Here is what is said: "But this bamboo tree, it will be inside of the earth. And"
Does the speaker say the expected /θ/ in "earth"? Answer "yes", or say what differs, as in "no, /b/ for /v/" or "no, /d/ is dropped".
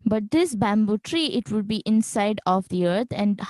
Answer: no, /t/ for /θ/